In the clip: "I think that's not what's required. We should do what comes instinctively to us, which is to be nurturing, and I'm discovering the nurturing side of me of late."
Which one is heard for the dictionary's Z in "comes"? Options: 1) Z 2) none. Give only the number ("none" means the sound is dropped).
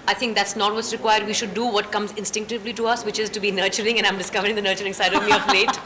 1